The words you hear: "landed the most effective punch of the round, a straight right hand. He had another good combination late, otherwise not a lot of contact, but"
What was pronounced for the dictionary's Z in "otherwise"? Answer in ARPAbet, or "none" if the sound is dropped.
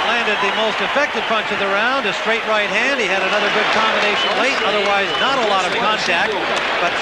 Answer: Z